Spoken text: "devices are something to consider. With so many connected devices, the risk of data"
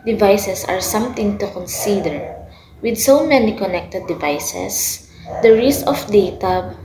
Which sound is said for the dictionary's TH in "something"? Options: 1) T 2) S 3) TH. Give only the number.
1